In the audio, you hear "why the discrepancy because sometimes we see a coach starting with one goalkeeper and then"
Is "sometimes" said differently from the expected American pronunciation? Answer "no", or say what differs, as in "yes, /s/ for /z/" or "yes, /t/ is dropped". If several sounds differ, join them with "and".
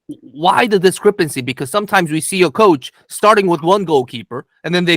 no